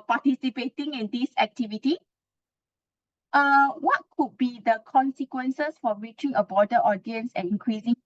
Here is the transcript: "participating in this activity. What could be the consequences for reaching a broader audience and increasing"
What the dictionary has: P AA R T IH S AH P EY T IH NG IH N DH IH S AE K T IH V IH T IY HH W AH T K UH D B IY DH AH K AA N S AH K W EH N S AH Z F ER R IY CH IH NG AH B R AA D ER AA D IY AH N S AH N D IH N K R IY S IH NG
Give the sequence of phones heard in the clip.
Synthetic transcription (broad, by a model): P AA T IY S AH P EY T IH NG IH N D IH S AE K T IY V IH T IY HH W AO T K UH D B IY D AH K AA N S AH K W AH N S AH S F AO R IY CH IH NG AH B AA D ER AA D IY AH N S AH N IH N K R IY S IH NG